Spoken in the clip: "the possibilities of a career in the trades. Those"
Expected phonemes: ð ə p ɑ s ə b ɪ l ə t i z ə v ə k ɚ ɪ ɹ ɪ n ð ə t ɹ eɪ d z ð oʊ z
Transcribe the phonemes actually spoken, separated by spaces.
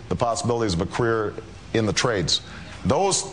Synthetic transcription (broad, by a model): ð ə p ɑ s ə b ɪ l ə t i z ə v ə k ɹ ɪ ɹ ɪ n ð ə t ɹ eɪ d z ð oʊ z